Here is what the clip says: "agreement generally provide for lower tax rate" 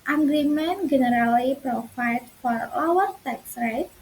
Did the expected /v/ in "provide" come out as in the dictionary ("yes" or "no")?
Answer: no